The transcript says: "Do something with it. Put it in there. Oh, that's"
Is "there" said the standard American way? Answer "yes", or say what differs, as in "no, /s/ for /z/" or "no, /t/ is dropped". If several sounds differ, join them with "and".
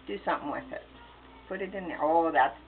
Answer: no, /l/ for /ɹ/